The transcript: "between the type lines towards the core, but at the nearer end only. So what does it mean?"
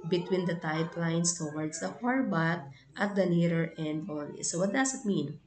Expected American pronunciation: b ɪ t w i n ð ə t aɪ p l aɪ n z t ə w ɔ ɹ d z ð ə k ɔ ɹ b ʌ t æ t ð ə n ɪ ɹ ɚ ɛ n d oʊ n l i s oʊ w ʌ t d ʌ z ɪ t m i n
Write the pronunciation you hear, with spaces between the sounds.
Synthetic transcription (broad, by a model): b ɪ t w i n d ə t aɪ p l aɪ n s t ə w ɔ ɹ d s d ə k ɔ ɹ b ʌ t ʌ t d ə n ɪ ɹ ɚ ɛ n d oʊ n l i s oʊ w ʌ t d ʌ s ɪ t m i n